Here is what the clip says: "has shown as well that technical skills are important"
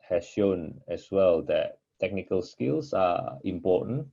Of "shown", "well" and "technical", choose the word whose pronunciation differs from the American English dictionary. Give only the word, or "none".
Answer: none